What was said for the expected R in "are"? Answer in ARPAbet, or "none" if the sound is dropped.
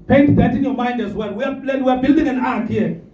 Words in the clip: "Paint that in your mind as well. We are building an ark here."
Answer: W